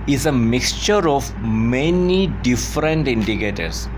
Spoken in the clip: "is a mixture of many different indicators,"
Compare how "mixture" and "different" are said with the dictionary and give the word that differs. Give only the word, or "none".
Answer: none